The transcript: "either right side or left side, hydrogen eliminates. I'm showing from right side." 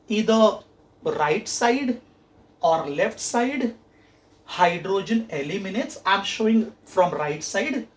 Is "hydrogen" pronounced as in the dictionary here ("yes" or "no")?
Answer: yes